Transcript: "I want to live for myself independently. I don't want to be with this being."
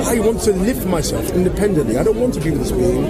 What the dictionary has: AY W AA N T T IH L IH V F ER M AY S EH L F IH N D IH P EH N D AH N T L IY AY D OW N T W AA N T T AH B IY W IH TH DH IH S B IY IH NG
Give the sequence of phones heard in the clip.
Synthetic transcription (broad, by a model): AY W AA N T T IH L IH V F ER M AY S EH L F IH N D IH P EH N D AH N T L IY AY D OW N T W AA N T T AH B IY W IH DH IH S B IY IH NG